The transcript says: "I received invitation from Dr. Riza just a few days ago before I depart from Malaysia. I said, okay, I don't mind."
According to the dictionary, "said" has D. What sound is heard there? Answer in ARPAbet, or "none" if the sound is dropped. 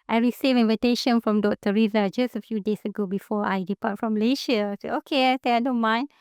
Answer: none